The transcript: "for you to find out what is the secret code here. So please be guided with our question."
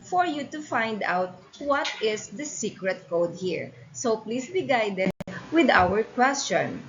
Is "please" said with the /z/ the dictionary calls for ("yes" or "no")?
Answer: no